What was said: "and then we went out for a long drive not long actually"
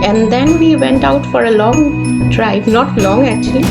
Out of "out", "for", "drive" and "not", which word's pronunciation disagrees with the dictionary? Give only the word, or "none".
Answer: drive